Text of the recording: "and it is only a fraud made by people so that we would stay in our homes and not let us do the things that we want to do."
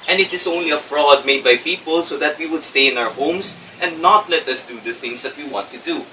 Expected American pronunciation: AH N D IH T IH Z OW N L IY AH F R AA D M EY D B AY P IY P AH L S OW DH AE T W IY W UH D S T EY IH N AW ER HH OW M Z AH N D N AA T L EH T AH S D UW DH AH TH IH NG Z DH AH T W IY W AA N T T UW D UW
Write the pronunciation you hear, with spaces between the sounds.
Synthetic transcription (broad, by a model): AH N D IH T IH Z OW N L IY AH F R AA D M EY D B AY P IY P AH L S OW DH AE T W IY W UH D S T EY IH N AW ER HH OW M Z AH N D N AA T L EH T AH S D UW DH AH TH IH NG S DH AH T W IY W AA N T T UW D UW